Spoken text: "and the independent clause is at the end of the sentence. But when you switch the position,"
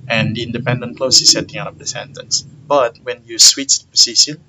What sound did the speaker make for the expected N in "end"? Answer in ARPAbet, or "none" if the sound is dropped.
none